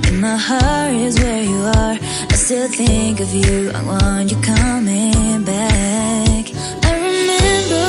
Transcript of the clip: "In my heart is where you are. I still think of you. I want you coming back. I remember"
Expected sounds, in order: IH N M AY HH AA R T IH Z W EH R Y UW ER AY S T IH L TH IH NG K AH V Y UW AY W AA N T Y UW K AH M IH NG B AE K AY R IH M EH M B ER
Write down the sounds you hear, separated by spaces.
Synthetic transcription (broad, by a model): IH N M AY HH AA R IH Z W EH R Y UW ER AY S T IH L TH IH NG K AH V Y UW AY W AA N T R K AH M IH NG B AE K AY R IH M EH M B ER